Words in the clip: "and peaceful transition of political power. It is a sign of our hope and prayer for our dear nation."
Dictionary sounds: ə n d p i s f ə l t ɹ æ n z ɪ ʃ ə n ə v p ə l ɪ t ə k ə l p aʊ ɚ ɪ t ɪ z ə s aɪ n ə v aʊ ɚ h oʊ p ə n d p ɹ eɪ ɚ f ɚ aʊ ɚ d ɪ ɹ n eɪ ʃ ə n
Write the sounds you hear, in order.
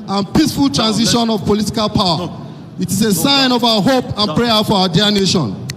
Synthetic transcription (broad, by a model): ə n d p i s f ə l t ɹ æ n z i ʃ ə n ə v p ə l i t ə k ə l p aʊ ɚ ɪ t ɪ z ə s aɪ n ə v aʊ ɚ h oʊ p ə n p ɹ eɪ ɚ f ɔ aʊ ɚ d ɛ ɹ n eɪ ʃ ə n